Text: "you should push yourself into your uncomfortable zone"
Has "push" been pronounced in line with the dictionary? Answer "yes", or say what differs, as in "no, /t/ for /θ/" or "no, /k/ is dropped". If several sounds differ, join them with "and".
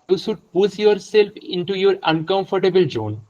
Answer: no, /s/ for /ʃ/